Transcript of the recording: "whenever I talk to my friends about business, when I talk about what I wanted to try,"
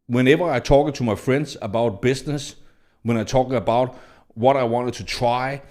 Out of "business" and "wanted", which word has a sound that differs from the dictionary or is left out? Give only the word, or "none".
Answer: business